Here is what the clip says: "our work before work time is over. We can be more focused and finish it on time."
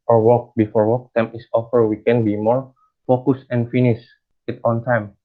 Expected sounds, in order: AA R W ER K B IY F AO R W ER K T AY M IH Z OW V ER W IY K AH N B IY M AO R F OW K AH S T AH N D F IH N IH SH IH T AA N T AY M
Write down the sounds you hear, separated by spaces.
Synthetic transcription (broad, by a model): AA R W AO K B IY F AO R W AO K T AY M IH S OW F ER W IY K AH N B IY M AO R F OW K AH S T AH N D F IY N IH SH IH T AA N T AY M